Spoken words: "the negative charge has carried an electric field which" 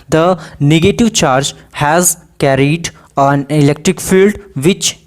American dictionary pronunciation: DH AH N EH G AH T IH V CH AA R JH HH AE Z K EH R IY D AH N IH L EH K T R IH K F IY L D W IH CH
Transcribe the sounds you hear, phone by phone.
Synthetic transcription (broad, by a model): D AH N EH G AH T IH V CH AA R JH HH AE Z K EH R IY D AH N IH L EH K T R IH K F IY L D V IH CH